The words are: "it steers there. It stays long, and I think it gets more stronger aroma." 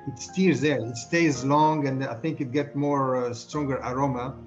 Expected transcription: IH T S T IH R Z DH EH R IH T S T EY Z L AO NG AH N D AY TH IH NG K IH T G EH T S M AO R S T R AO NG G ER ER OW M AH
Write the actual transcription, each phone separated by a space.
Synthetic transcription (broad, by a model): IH T S T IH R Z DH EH R IH T S T EY Z L AO NG AH N D AY TH IH NG K IH T G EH T M AO R S T R AO NG G ER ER OW M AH